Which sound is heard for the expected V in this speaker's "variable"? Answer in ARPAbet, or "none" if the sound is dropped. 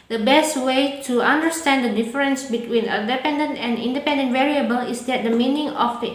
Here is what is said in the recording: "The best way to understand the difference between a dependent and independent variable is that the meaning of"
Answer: V